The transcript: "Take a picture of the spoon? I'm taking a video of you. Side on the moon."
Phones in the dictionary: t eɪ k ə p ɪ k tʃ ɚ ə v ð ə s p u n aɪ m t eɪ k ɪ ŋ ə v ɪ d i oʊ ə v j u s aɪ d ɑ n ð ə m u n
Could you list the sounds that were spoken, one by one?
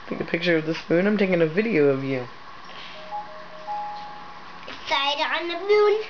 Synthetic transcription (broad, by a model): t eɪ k ə p ɪ k tʃ ɚ ə v ð ə s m u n aɪ m t eɪ k ɪ ŋ ə v ɪ d i oʊ ə v j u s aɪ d ɑ n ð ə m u n